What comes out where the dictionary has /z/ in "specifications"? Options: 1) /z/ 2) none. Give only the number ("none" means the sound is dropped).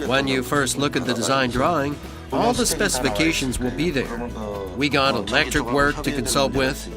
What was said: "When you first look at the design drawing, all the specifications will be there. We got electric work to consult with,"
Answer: 1